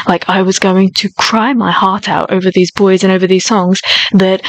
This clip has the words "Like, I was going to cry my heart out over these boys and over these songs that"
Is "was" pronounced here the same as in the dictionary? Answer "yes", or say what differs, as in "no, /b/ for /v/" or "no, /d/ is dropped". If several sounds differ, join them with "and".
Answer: yes